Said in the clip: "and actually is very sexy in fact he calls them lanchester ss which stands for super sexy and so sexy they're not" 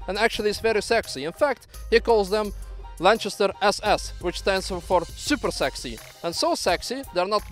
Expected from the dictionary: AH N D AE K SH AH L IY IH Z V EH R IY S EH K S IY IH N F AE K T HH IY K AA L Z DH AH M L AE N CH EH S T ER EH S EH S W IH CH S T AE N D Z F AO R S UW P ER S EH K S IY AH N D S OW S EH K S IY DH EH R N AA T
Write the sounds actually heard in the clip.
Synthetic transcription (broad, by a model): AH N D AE K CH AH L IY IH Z V EH R IY S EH K S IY IH N F AE K T HH IY K AA L Z DH AH M L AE N CH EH S T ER EH S EH S W IH CH S T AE N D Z F AO R S UW P ER S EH K S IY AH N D S OW S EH K S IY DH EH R N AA T